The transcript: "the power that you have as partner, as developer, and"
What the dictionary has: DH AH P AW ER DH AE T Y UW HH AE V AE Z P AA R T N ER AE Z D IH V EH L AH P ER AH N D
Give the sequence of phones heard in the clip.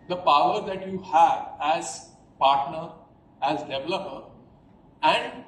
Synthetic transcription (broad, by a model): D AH P AW ER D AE T Y UW HH AE V AE Z P AA R T N ER AE Z D IH V EH L AH P ER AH N D